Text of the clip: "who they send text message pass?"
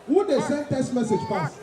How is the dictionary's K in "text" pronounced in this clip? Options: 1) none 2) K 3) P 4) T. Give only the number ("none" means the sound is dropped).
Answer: 1